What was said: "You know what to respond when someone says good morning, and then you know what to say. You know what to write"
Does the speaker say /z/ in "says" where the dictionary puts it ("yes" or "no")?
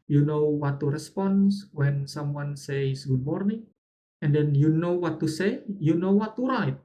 no